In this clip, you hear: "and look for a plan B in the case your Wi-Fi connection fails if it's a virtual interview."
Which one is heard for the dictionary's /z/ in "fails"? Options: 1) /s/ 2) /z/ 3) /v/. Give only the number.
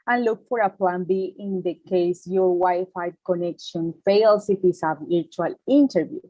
1